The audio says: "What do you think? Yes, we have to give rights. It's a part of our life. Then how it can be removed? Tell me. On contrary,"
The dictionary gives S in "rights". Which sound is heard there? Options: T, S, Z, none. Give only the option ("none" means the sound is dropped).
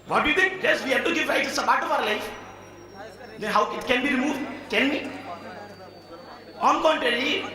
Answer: none